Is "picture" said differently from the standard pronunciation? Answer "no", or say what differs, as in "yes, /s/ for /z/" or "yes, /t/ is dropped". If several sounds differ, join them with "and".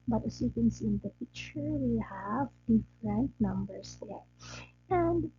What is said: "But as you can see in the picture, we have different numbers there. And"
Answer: yes, /f/ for /p/ and /k/ is dropped